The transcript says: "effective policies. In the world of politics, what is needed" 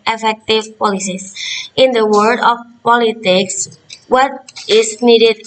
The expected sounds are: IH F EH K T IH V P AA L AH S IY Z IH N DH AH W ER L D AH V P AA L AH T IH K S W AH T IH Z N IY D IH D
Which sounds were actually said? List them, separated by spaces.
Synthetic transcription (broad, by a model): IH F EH K T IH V P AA L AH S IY S IH N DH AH W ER D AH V P AA L AH T IH K S W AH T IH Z N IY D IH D